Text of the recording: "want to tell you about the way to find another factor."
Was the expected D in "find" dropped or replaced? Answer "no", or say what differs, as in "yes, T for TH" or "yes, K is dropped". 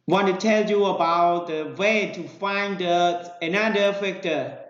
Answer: no